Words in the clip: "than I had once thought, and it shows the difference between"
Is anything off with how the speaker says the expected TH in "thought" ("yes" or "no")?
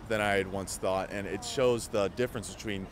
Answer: no